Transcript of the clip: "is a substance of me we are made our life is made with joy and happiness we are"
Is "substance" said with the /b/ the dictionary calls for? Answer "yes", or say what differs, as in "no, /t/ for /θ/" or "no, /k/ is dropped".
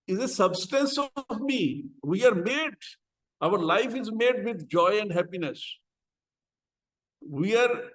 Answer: yes